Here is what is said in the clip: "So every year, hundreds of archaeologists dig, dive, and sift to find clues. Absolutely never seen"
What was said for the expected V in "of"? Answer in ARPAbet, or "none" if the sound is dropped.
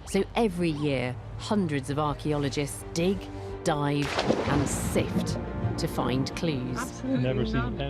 V